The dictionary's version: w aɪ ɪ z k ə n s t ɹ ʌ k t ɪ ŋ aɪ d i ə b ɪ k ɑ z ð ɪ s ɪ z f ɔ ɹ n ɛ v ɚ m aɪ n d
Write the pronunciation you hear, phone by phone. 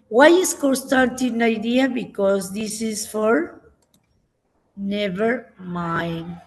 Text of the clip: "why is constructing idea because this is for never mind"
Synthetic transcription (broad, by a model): w aɪ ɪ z k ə n s t ɑ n t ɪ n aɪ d i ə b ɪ k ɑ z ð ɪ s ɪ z f ɔ ɹ n ɛ v ɚ m aɪ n